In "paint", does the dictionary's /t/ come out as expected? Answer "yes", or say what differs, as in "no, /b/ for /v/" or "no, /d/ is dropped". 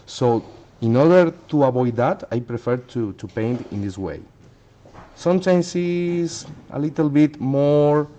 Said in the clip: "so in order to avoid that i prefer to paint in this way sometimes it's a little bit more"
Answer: yes